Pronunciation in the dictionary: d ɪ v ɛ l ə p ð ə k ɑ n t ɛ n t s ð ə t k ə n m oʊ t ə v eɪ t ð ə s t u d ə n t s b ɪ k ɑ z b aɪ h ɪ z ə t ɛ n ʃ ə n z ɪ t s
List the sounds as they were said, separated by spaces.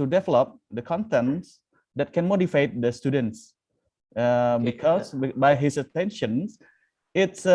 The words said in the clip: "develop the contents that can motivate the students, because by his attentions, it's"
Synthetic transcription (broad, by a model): d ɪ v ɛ l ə p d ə k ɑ n t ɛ n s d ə t k ə n m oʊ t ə f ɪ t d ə s t u d ə n t s b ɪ k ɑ s b aɪ h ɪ s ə t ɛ n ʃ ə n s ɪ t s